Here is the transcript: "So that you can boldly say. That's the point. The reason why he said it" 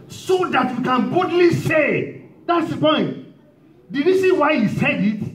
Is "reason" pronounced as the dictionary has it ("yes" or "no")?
no